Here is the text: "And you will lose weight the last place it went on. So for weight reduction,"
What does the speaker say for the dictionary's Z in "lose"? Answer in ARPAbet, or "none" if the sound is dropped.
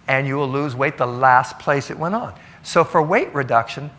Z